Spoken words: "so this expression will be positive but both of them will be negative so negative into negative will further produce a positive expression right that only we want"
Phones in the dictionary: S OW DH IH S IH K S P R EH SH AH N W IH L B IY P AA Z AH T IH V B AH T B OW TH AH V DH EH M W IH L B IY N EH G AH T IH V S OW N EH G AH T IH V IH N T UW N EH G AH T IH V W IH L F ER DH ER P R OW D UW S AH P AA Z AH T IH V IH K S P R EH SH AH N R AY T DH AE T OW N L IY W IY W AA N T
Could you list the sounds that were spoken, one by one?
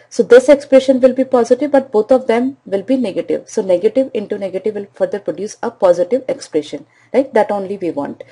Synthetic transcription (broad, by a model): S OW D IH S IH K S P R EH SH AH N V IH L B IY P AA Z AH T IH V B AH T B OW T AH V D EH M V IH L B IY N EH G AH T IH V S OW N EH G AH T IH V IH N T UW N EH G AH T IH V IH L F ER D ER P R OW D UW S AH P AA Z AH T IH V IH K S P R EH SH AH N L AY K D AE T OW N L IY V IY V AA N T